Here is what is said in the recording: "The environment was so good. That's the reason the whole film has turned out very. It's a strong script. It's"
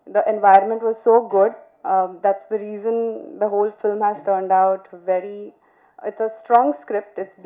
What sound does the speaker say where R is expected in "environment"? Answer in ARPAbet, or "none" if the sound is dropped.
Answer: R